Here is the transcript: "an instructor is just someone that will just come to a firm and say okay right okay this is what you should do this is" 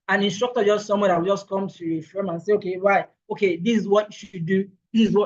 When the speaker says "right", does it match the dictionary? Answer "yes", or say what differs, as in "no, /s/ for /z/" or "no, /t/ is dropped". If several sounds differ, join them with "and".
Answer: no, /w/ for /ɹ/ and /t/ is dropped